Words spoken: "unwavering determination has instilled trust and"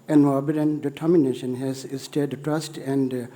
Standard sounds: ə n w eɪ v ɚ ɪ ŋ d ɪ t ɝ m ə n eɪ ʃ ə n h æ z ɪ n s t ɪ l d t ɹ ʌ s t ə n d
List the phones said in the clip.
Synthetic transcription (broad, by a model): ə n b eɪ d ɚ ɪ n d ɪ t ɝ m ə n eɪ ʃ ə n h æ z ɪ s t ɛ d t ɹ ʌ s t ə n d